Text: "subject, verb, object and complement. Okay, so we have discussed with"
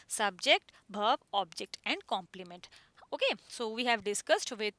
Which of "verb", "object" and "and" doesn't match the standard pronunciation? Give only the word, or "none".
verb